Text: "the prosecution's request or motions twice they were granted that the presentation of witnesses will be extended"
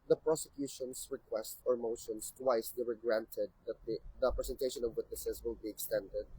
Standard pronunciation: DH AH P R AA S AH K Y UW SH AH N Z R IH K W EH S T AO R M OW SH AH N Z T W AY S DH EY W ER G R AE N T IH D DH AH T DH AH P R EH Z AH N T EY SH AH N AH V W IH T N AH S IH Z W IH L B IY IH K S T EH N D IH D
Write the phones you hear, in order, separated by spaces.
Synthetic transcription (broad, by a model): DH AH P R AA S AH K Y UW SH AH N S R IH K W EH S T AO R M OW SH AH N S T W AY S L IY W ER G R AE N T IH D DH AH T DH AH P R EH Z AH N T EY SH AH N AH V W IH T N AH S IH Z W IH L B IY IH K S T EH N D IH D